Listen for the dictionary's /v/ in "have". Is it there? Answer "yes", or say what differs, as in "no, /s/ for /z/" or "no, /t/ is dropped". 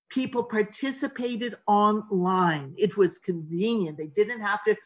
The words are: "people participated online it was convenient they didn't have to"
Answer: no, /f/ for /v/